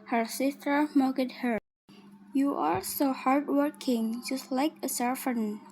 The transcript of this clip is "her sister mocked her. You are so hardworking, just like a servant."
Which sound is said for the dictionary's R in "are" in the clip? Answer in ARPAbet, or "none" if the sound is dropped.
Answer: L